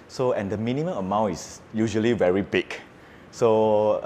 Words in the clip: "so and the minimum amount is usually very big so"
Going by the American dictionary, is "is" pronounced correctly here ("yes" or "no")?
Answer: no